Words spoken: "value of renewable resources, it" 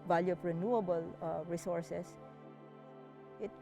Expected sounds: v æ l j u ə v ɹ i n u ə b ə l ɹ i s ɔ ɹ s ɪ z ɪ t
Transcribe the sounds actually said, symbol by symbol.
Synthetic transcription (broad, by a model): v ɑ l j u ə p ɹ i n u ə b ə l ɹ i s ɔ ɹ s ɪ s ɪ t